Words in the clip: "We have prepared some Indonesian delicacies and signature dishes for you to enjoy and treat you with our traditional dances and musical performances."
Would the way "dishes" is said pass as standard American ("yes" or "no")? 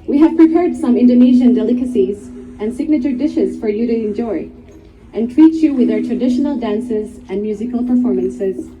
yes